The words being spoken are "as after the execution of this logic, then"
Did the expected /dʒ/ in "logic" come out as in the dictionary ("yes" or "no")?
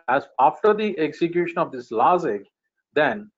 no